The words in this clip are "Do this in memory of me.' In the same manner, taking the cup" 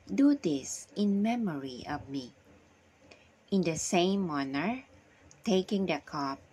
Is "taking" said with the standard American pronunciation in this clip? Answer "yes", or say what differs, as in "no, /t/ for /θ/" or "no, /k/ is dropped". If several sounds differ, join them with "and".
yes